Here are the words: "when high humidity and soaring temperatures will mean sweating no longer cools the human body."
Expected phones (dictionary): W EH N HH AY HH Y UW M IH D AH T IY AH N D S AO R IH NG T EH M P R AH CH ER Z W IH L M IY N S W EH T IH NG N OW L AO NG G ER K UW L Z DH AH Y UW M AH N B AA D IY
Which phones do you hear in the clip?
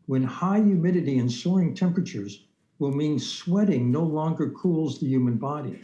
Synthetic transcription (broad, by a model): W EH N HH AY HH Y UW M IH D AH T IY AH N S AO R IH NG T EH M P R AH CH ER Z W IH L M IY N S W EH T IH NG N OW L AO NG G ER K UW L Z DH AH Y UW M AH N B AA D IY